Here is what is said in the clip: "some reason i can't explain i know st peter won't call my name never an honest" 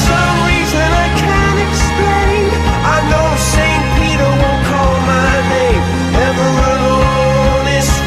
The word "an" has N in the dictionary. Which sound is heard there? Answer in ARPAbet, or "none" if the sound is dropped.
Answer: L